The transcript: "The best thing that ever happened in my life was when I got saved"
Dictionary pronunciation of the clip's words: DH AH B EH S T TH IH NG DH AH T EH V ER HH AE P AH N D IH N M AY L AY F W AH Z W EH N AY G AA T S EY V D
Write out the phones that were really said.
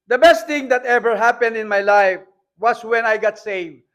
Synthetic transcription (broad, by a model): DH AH B EH S T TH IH NG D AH T EH V ER HH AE P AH N D IH N M AY L AY F W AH S W EH N AY G AA T S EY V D